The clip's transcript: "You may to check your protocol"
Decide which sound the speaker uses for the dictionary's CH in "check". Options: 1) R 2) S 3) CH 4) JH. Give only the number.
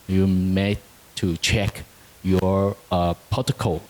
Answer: 3